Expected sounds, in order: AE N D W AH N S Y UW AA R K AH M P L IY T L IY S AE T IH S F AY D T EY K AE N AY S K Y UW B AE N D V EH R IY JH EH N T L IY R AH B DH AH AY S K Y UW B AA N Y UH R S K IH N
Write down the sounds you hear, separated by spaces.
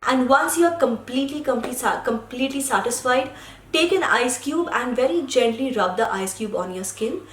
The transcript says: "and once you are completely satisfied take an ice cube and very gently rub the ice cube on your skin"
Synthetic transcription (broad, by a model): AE N D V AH N S Y UW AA L K AH M P L IY T L IY S AE T IH S F AY D T EY K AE N AY S K Y UW B AE N D V EH R IY JH EH N T L IY R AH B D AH AY S K Y UW B AA N Y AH R S K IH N